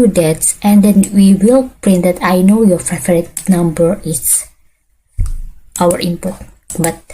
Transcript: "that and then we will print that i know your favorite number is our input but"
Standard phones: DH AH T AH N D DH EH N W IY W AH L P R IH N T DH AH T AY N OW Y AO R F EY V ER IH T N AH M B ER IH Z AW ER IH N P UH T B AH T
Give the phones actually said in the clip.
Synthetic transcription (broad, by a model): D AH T AH N D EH N W IY W AH L P R IH N T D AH T AY N OW Y AO R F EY F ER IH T N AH M B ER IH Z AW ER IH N P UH T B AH T